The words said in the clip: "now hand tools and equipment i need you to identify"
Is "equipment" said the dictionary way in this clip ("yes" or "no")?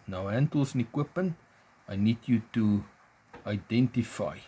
no